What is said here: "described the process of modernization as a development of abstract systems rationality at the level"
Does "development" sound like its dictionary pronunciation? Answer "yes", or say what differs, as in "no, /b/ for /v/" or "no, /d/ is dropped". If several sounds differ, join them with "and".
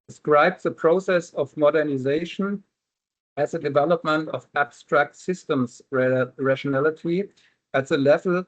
yes